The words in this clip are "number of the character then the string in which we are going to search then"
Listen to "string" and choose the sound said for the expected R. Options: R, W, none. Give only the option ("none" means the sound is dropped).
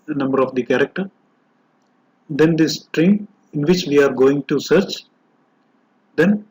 R